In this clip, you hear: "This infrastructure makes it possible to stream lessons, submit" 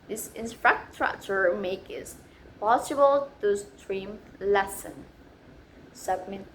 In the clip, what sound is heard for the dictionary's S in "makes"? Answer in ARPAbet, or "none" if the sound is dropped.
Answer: none